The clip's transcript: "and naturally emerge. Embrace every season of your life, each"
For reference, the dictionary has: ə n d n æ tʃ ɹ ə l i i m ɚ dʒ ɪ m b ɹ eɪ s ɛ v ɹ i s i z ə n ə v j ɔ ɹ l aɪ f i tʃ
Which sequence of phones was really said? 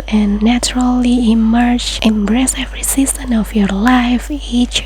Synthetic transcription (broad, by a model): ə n n æ tʃ ɹ ə l i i m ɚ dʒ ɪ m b ɹ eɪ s ɛ v ɹ i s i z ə n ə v j ɔ ɹ l aɪ f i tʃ